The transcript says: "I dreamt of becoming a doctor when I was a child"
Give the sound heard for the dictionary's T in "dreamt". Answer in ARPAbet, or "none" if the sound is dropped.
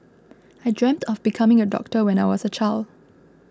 T